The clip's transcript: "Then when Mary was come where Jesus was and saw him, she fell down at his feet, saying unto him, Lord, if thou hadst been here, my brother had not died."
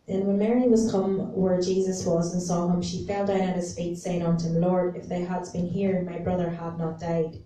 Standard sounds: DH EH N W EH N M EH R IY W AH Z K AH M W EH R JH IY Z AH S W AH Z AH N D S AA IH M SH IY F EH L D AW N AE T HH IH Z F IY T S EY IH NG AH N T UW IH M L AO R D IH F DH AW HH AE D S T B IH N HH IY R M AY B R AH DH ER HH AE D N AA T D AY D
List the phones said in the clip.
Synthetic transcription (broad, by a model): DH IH N W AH N M EH R IY W AH Z K AH M W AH R JH IY Z AH S W AH Z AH N S AA IH M SH IY F EH L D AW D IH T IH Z F IY T S EY IH NG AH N T IH M L AO R D IH F DH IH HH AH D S B IH N HH IY R M AY B R AH DH ER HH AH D N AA T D AY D